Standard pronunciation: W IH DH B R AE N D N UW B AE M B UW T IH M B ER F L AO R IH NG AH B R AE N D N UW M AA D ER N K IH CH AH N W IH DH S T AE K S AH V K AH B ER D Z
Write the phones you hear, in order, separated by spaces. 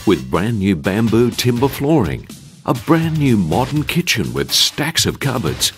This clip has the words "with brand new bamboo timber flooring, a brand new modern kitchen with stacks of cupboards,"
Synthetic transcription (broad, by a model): W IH DH B R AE N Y UW B AE M B UW T IH M B ER F L AO R IH NG AH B R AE N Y UW M AA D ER N K IH CH AH N W IH DH S T AE K S AH V K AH B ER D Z